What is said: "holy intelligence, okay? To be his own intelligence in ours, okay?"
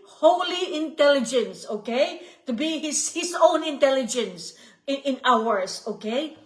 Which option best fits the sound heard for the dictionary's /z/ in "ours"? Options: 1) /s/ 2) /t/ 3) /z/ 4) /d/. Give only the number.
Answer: 1